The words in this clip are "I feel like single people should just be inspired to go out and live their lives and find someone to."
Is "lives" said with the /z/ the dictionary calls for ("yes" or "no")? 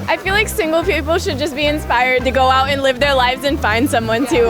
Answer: yes